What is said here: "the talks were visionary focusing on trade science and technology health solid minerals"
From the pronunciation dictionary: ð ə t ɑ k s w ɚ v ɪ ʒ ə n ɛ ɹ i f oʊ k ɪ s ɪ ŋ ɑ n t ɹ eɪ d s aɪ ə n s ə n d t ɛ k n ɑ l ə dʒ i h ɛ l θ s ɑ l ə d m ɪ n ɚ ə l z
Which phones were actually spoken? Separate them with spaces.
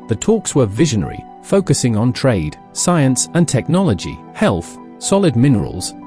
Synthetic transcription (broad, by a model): ð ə t ɑ k s w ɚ v ɪ ʒ ə n ɛ ɹ i f oʊ k ɪ s ɪ ŋ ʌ n t ɹ eɪ d s aɪ ə n s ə n t ɛ k n ɑ l ə dʒ i h ɛ l θ s ɑ l ə d m ɪ n ɚ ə l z